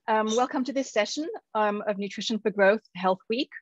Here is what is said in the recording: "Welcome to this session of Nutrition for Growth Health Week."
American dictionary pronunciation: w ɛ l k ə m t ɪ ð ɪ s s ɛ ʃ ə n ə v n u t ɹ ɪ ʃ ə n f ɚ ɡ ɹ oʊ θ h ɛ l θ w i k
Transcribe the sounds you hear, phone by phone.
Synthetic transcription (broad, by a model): w ɛ l k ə m t ɪ ð ɪ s s ɛ ʃ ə n ə v n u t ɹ ɪ ʃ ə n f ɚ ɡ ɹ oʊ θ h ɛ l θ w i k